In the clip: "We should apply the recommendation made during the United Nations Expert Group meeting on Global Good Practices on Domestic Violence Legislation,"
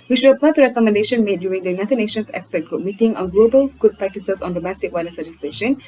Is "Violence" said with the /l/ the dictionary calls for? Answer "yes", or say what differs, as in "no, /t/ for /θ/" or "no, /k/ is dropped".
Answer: no, /n/ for /l/